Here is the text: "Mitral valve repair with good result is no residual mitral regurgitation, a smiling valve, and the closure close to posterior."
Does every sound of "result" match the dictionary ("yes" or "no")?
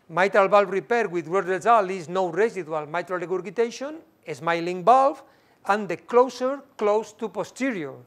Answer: no